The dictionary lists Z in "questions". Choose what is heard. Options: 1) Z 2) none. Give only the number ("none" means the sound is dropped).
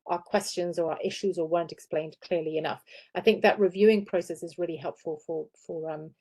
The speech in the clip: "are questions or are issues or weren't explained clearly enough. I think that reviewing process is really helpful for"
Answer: 1